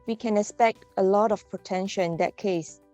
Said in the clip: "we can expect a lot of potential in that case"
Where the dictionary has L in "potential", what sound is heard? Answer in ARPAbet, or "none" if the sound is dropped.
N